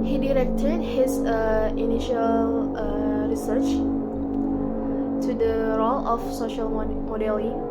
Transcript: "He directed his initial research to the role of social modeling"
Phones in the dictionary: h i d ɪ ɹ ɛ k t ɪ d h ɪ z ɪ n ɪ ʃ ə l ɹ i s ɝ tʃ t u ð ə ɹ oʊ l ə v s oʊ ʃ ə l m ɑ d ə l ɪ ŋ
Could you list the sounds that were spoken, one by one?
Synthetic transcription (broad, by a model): h i d ɪ ɹ ɛ k t ɪ d h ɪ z ɪ n ɪ ʃ ə l ɹ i s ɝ tʃ t u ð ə ɹ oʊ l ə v s oʊ ʃ ə l m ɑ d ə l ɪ